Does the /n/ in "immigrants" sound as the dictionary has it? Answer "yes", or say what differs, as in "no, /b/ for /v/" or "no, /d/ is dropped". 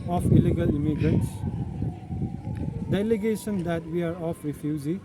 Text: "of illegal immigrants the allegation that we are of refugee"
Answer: no, /n/ is dropped